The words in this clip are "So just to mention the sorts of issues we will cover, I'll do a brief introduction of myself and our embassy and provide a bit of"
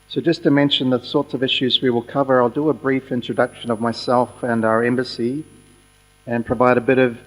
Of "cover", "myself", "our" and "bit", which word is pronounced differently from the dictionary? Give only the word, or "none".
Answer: none